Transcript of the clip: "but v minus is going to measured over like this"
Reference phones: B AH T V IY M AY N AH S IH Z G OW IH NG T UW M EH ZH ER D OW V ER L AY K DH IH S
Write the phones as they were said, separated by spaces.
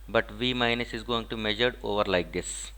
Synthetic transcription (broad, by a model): B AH T V IY M AY N AH S IH Z G OW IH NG T UW M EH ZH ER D OW V ER L AY K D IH S